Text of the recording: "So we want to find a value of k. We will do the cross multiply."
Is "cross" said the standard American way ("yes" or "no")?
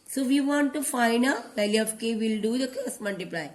no